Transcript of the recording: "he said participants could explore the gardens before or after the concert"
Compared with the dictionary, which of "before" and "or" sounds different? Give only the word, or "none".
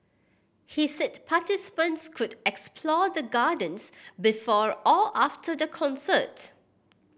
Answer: or